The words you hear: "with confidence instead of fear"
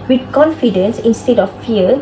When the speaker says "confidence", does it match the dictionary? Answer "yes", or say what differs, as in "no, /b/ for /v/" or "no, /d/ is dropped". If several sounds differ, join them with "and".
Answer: yes